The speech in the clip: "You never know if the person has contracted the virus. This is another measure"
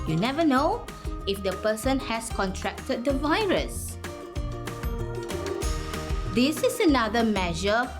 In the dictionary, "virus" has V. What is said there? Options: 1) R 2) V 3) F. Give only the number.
2